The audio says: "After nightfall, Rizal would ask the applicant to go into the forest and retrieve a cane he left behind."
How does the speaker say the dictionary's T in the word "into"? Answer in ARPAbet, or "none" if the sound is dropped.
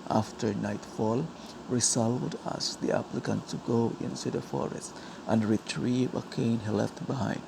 S